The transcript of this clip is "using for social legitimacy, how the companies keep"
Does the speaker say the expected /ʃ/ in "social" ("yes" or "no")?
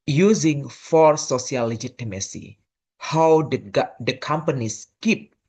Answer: no